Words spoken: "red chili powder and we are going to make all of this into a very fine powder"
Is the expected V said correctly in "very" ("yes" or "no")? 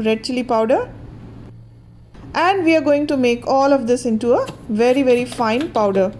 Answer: yes